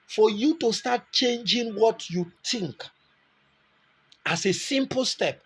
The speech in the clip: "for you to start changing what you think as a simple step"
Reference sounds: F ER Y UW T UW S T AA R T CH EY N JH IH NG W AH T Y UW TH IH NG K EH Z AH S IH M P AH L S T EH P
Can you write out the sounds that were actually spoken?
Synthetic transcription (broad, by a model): F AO Y UW T UW S T AA T CH EY N JH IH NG W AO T Y UW T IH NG K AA S AH S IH M P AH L S T EH P